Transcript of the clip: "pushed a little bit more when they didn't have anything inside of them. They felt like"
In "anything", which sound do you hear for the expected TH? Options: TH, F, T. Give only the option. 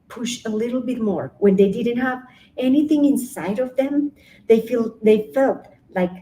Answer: TH